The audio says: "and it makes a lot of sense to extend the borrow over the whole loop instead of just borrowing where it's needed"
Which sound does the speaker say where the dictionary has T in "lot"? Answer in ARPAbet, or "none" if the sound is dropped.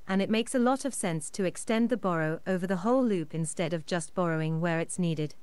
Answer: T